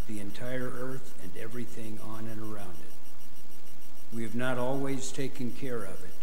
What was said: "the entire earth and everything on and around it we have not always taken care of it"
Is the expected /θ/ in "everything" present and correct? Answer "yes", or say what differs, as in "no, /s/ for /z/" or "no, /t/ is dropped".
yes